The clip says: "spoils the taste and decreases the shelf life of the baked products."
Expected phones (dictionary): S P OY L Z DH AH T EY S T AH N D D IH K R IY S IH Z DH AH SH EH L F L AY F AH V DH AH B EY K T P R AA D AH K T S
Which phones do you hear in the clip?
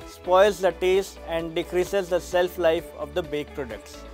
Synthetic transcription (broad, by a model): S P OY L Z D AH T EY S T AH N D D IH K R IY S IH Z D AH S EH L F L AY F AH V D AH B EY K P R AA D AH K T S